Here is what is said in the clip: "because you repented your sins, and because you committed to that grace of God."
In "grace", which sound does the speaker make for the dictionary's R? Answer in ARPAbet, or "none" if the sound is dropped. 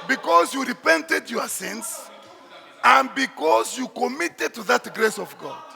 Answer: R